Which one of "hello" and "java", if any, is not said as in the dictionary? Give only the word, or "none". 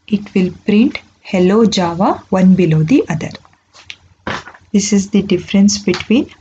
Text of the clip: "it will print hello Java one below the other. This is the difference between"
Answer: none